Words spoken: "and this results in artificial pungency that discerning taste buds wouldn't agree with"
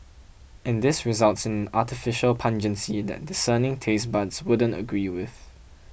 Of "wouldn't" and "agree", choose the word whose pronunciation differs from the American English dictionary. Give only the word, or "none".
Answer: none